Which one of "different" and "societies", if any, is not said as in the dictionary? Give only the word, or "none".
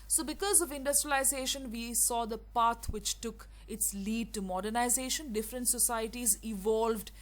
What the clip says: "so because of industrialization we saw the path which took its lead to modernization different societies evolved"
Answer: none